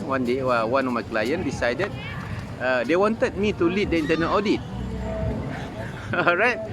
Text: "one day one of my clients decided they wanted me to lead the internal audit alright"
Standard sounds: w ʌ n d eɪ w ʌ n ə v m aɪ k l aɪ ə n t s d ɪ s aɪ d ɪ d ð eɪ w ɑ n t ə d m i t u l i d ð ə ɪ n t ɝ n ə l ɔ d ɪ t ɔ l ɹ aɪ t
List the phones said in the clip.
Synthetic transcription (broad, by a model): w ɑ n d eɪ w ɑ n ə m aɪ k l aɪ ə n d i s aɪ d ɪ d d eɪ w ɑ n t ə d m i t u l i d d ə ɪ n t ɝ n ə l ɔ d ɪ t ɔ ɹ aɪ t